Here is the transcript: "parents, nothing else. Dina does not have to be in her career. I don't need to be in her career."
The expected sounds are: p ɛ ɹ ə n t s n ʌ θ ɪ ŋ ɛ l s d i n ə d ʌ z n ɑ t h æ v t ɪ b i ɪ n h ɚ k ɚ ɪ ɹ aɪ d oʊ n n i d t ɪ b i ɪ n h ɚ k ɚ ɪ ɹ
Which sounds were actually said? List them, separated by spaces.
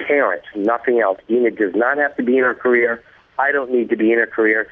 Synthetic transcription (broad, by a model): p ɛ ɹ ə n t n ʌ θ ɪ ŋ ɛ l s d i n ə d ʌ z n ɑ t h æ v t ɪ b i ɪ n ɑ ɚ k ɚ ɪ ɹ aɪ d oʊ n n i d t ɪ b i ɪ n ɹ k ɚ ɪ ɹ